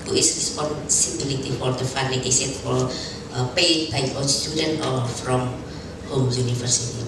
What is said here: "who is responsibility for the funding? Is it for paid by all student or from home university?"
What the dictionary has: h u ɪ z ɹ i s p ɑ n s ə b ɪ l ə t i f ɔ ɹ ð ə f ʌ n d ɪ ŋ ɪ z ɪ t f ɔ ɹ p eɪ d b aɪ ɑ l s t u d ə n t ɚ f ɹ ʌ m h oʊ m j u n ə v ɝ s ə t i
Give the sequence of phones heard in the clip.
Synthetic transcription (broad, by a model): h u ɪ s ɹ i s p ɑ n s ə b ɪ l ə t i f ɔ ɹ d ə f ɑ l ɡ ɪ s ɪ ɪ t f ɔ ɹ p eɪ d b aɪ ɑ n s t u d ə n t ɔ f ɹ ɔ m h oʊ m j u n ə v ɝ s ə t i